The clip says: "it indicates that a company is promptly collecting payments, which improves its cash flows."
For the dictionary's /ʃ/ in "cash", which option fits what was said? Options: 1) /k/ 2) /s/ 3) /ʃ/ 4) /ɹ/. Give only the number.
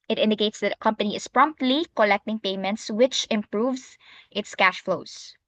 3